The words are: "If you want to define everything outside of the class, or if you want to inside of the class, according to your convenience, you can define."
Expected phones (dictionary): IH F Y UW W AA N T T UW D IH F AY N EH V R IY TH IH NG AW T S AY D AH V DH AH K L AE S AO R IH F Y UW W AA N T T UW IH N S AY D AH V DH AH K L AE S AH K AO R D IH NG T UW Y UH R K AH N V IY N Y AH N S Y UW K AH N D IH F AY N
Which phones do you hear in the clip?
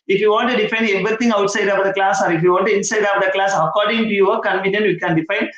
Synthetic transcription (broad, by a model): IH F Y UW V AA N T T UW D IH F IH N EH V R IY T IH NG AW T S AY D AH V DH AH K L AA S AO R IH F Y UW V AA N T T UW IH N S AY D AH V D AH K L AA S AH K AO R D IH NG T UW Y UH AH K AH N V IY N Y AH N Y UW K AH N D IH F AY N